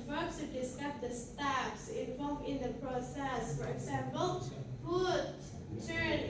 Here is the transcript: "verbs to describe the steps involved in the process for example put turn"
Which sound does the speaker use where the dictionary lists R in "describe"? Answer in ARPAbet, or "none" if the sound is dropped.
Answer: none